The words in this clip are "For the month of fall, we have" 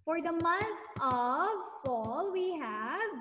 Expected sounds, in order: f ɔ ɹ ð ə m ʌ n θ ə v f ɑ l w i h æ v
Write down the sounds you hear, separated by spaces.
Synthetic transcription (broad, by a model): f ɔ ɹ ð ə m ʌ n t ə v f ɑ l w i h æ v